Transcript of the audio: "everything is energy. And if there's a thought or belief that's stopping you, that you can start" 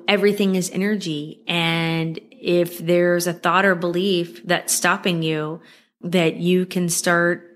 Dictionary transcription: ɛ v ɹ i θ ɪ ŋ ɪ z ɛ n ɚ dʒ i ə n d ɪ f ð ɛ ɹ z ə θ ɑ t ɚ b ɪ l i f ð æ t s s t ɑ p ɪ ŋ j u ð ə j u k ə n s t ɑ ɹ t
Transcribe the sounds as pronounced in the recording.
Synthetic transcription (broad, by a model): ɛ v ɹ i θ ɪ ŋ ɪ z ɛ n ɚ dʒ i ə n ɪ f ð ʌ ɹ z ə θ ɑ t ɚ b ɪ l i f ð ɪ t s s t ɑ p ɪ ŋ j u ð ə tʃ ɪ k ə n s t ɑ ɹ t